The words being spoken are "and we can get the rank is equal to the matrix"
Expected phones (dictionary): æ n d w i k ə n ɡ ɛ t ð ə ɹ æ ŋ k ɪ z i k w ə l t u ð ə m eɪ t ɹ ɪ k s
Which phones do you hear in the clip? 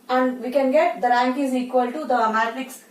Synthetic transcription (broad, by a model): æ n d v i k ə n ɡ ɛ t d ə ɹ æ ŋ k ɪ z i k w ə l t u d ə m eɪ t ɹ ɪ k s